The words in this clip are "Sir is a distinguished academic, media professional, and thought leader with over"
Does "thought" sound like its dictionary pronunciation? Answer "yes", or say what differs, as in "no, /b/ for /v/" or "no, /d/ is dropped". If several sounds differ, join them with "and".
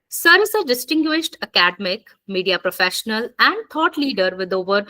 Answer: no, /t/ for /θ/